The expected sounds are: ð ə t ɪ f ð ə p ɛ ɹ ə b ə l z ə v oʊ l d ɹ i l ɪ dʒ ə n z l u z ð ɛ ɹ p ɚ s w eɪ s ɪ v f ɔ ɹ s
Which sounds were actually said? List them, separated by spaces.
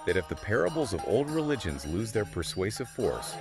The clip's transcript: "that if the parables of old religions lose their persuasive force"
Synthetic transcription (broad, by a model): ð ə t ɪ f ð ə p ɛ ɹ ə b l z ə v oʊ l d ɹ i l ɪ dʒ ə n z l u z ð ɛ ɹ p ɚ s w eɪ s ɪ v f ɔ ɹ s